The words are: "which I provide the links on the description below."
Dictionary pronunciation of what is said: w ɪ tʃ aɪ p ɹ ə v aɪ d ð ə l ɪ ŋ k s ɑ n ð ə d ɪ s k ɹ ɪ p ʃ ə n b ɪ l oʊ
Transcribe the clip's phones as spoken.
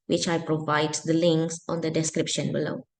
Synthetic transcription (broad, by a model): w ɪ tʃ aɪ p ɹ ə v aɪ d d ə l ɪ ŋ k s ɑ n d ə d ɪ s k ɹ ɪ p ʃ ə n b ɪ l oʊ